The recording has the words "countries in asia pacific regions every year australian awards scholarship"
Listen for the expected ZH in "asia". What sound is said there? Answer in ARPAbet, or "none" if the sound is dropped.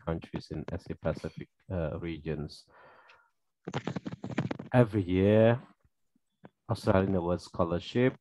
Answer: S